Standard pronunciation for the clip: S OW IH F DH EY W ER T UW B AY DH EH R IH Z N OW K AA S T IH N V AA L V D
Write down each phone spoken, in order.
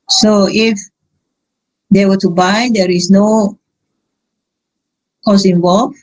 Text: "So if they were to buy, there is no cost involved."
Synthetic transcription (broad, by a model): S OW IH F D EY W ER T UW B AY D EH R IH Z N OW K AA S IH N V AA L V